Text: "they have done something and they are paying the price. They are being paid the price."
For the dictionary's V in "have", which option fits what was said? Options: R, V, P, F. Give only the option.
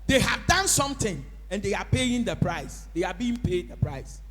V